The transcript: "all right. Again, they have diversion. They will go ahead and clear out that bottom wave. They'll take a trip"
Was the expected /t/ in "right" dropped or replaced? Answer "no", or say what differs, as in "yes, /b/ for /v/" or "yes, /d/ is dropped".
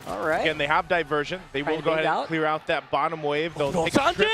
yes, /t/ is dropped